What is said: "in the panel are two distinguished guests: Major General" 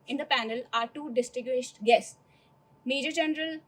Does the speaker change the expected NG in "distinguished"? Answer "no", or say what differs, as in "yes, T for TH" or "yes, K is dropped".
yes, NG is dropped